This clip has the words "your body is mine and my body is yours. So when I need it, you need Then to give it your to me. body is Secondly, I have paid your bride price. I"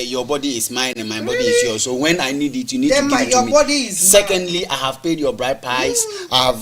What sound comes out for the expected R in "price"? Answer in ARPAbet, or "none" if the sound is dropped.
none